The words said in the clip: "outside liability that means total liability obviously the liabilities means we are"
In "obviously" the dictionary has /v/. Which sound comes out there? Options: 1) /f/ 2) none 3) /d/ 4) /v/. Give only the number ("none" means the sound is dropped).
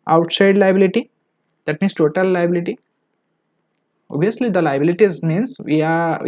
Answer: 2